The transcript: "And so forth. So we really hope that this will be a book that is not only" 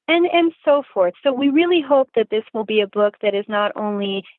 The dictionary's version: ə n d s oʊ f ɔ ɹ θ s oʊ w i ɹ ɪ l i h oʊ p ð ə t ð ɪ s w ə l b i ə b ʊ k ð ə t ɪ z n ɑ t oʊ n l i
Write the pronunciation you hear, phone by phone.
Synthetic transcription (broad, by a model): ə n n s oʊ f ɔ ɹ θ s oʊ w i ɹ ɪ l i h oʊ p ð ə t ð ɪ s w ə l b i ə b ʊ k ð ə t ɪ z n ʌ t oʊ n l i